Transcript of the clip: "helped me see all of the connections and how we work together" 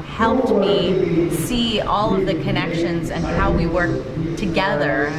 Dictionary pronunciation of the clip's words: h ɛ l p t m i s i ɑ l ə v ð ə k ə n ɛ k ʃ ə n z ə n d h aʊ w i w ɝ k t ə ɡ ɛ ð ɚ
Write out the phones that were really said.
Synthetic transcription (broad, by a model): h ɛ l p t m i s i ɑ l ə v ð ə k ə n ɛ k ʃ ə n z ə n h aʊ w i w ɝ k t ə ɡ ɛ ð ɚ